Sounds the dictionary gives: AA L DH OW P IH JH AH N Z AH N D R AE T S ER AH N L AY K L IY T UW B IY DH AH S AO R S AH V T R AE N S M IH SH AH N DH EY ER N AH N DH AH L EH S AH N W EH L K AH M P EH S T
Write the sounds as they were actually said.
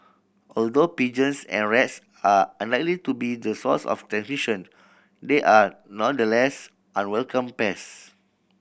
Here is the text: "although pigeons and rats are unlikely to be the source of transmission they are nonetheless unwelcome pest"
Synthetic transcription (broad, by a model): AA L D OW P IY JH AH N S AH N R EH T S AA AH N L AY K L IY T UW B IY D AH S AO S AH F T R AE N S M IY SH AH N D EY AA N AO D AH L EH S AH N W EH L K AH M P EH S